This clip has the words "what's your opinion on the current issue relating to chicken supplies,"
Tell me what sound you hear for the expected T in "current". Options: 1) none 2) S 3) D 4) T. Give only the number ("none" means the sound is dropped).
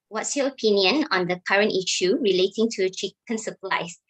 4